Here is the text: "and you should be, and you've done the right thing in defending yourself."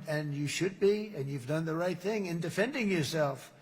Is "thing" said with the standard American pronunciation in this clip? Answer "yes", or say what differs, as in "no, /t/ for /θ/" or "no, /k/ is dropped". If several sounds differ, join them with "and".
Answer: yes